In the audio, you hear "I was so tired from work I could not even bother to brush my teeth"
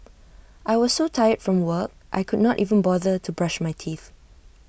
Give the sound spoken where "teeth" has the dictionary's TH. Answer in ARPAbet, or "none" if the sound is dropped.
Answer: TH